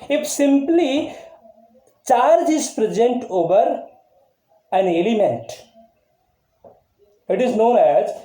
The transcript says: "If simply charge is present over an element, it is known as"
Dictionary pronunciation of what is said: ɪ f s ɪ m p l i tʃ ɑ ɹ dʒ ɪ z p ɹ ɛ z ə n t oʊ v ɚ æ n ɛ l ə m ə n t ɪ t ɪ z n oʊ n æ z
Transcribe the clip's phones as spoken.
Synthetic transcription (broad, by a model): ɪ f s ɪ m p l i tʃ ɑ ɹ dʒ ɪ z p ɹ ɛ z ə n t oʊ v ɚ æ n ɛ l ə m ə n t ɪ t ɪ z n oʊ n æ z